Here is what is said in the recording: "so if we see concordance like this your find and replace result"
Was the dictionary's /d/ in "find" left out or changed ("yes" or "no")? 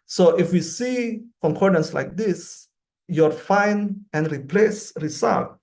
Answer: yes